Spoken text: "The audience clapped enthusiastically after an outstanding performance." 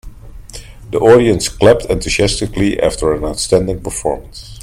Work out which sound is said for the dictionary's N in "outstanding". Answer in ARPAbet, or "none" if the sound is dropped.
N